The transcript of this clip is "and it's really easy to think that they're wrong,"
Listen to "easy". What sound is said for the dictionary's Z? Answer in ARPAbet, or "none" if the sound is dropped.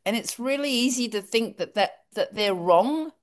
Z